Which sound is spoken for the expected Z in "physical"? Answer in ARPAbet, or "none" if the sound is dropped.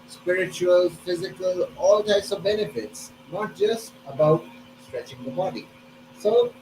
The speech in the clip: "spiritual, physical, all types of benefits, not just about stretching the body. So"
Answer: Z